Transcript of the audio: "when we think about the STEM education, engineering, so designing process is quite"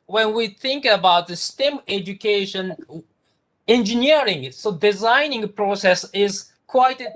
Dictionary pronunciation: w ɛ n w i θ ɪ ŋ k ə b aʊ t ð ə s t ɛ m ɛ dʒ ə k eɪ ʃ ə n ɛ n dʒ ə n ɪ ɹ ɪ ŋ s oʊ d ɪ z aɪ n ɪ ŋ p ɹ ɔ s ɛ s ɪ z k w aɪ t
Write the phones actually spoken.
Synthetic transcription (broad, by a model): w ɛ n w i θ ɪ ŋ k ə b aʊ t ð ə s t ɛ m ɛ dʒ ə k eɪ ʃ ə n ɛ n dʒ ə n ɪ ɹ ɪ ŋ s oʊ d ɪ z aɪ n ɪ ŋ p ɹ ɔ s ɛ s ɪ z k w aɪ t